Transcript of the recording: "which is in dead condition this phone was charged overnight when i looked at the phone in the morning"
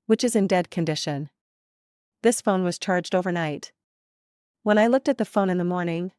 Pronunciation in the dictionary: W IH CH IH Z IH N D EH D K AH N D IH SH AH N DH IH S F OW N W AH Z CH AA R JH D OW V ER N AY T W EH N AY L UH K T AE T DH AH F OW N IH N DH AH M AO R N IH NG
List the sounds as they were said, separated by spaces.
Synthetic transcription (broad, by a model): W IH CH IH Z IH N D EH D K AH N D IH SH AH N DH IH S F OW N W AH Z CH AA R JH D OW V ER N AY T W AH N AY L UH K T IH T DH AH F OW N IH N DH AH M AO R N IH NG